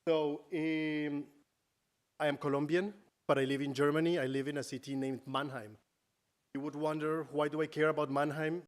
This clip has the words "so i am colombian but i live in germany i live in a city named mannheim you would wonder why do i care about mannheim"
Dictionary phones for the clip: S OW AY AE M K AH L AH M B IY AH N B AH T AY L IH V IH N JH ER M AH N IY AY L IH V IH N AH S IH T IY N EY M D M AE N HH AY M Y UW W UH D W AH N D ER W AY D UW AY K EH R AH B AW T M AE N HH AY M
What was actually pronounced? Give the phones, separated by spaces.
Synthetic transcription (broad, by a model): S OW AY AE M K AH L AH M B IY AH N B AH T AY L IH V IH N JH ER M AH N IY AY L IH V IH N AH S IH T IY N EY M D M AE N HH AY M Y UW W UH D W AH N D ER W AY D UW AY K EH R AH B AW T M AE N HH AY M